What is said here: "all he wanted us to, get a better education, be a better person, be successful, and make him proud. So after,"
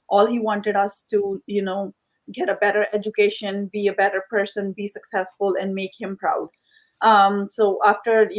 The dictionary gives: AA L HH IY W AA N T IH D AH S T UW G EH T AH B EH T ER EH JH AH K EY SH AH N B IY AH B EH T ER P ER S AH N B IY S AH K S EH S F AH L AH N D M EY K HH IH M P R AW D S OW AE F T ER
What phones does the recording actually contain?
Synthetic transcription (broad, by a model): AA L HH IY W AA N T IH D AH S T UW G EH T AH B EH T ER EH JH AH K EY SH AH N B IY AH B EH T ER P ER S AH N B IY S AH K S EH S F AH L AH N D M EY K HH IH M P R AW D S OW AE F T ER